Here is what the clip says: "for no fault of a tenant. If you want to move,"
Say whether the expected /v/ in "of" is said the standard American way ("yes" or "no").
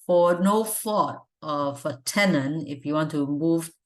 no